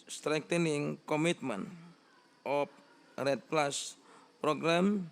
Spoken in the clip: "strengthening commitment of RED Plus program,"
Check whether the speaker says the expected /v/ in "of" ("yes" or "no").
no